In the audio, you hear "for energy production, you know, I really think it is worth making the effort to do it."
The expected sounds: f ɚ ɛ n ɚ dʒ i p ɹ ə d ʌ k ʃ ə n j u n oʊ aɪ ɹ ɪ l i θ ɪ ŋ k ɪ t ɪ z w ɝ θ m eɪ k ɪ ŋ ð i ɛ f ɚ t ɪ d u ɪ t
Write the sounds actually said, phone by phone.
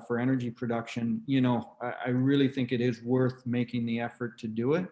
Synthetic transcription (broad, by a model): f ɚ ɛ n ɚ dʒ i p ɹ ə d ʌ k ʃ ə n j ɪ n oʊ aɪ ɹ ɪ l i θ ɪ ŋ k ɪ t ɪ z w ɝ θ m eɪ k ɪ ŋ ð i ɛ f ɚ t ɪ d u ɪ t